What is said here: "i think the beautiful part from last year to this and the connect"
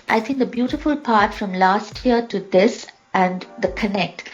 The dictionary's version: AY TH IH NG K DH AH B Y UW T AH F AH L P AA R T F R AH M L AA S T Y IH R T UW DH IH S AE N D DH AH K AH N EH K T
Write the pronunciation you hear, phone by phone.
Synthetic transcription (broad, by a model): AY T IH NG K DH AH B Y UW T AH F AH L P AA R T F R AH M L AA S T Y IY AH T UW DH IH S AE N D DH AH K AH N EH K T